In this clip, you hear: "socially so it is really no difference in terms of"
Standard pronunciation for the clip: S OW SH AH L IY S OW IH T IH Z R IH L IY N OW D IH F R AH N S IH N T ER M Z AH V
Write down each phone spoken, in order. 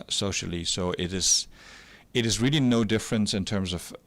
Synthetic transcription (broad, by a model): S OW SH L IY S OW IH T IH Z R IH L IY N OW D IH F R AH N S IH N T ER M Z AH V